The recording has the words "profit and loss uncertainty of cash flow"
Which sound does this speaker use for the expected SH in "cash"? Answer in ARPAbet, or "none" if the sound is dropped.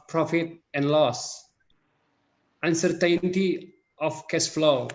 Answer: S